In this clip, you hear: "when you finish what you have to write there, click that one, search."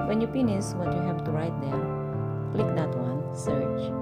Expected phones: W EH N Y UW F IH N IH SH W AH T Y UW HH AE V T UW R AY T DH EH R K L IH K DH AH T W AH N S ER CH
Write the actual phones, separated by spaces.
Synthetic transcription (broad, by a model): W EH N Y UW P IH N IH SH W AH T Y UW HH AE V T UW R AY T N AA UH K L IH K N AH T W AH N S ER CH